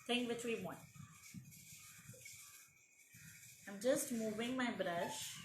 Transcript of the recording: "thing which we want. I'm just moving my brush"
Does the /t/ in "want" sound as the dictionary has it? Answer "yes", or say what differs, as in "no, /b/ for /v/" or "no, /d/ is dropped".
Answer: no, /t/ is dropped